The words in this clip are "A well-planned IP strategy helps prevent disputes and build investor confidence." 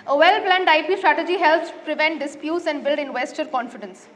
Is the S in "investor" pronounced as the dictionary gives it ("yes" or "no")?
yes